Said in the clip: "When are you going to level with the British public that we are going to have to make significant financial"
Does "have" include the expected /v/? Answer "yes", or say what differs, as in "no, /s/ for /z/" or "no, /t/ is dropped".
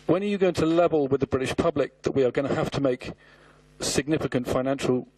no, /f/ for /v/